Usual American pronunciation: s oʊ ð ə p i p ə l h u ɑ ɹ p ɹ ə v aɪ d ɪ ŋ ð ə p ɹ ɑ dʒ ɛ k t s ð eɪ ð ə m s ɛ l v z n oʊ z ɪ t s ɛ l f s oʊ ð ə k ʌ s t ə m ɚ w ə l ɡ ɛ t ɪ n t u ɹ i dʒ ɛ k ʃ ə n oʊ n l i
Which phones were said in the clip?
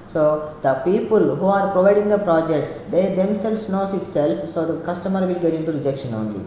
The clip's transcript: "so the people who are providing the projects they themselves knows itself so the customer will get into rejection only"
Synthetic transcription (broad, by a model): s oʊ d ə p i p ə l h u ɑ ɹ p ɹ ə v aɪ d ɪ ŋ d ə p ɹ ɑ dʒ ɛ k t s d eɪ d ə m s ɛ l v s n oʊ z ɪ t s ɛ l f s oʊ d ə k ʌ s t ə m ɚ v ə l ɡ ɛ t ɪ n t u ɹ i dʒ ɛ k ʃ ə n oʊ n l i